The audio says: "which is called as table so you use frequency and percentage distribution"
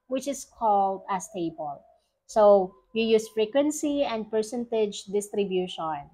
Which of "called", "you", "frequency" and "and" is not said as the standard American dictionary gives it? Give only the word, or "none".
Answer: none